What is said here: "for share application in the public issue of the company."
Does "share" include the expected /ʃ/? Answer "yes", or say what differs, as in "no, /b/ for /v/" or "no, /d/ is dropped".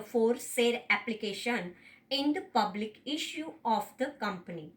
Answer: no, /s/ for /ʃ/